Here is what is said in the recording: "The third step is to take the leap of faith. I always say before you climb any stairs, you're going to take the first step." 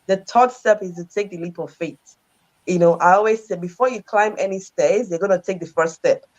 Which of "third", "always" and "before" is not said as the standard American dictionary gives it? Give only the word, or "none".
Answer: third